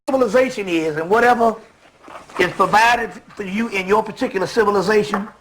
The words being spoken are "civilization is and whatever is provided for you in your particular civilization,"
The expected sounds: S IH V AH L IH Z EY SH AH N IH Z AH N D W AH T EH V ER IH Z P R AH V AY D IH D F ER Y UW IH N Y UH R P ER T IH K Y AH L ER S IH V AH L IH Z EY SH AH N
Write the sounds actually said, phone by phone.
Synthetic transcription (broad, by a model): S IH V L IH Z EY SH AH N IH Z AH N W AH T EH V ER IH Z P R AH V AY D IH D F ER Y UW IH N Y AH R P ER T IH K Y L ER S IH V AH L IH Z EY SH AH N